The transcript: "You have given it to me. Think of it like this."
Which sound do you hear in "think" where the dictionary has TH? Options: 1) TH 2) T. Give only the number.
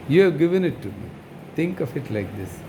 2